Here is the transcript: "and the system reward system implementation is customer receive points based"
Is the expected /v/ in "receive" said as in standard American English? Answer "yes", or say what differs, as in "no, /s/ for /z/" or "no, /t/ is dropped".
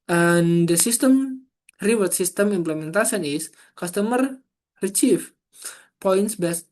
no, /f/ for /v/